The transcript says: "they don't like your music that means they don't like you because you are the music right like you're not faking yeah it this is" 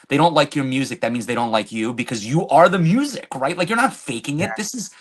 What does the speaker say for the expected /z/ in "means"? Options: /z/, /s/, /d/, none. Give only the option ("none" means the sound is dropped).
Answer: /z/